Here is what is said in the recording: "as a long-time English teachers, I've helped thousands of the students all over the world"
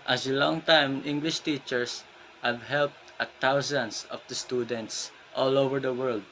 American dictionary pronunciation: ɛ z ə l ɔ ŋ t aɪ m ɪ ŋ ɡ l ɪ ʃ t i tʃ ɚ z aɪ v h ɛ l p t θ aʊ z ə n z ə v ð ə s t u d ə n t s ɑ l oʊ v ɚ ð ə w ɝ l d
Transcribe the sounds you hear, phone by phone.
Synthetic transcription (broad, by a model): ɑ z ə l ɔ ŋ t aɪ m ɪ ŋ ɡ l ɪ ʃ t i tʃ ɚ s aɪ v h ɛ l p t t aʊ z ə n s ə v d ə s t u d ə n t s ɑ l oʊ v ɚ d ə w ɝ l d